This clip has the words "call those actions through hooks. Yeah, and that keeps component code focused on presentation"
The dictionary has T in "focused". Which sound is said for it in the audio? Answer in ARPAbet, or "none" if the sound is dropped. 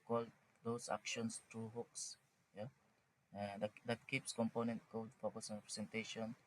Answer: none